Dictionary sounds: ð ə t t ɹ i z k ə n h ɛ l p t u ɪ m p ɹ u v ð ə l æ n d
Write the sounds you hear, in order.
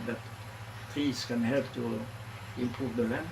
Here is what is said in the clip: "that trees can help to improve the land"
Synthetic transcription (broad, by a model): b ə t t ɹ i s k ə n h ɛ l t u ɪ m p u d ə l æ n